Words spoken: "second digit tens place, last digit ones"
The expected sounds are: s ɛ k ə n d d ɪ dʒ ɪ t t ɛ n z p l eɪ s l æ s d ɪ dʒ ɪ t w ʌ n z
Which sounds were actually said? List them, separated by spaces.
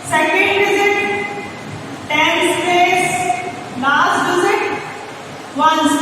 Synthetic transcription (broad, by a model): s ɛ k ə n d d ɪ z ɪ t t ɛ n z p eɪ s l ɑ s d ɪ z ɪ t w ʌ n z